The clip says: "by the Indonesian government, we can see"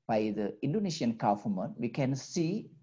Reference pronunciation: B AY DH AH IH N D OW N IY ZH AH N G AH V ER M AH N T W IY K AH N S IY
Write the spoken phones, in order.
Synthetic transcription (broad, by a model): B AY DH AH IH N D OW N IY SH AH N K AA F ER M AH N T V IY K AH N S IY